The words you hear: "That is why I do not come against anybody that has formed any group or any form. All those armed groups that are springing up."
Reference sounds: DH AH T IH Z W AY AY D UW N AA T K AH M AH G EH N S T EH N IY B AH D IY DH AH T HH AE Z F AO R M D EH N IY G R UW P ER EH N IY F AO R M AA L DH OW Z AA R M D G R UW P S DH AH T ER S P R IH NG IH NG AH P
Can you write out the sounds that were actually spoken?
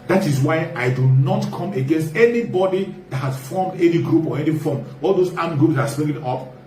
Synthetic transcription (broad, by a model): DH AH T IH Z W AY AY D UW N AA T K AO M AH G EH N S T EH N IY B AH D IY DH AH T HH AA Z F AO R M D EH N IY G R UW P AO EH N IY F AO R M AA L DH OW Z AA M G R UW P S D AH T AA S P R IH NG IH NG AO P